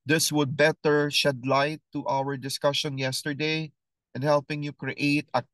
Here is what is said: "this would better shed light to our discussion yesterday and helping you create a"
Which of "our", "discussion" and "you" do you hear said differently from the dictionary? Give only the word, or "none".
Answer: none